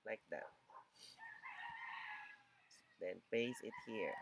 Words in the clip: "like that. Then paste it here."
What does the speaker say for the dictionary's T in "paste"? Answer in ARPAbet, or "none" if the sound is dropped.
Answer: none